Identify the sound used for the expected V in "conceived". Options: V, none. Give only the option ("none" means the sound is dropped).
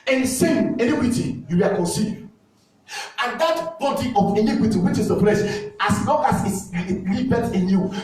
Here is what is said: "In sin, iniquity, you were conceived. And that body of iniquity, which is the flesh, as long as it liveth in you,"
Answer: none